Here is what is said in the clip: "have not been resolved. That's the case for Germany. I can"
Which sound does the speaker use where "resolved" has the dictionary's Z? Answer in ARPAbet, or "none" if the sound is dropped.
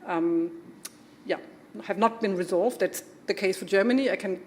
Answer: Z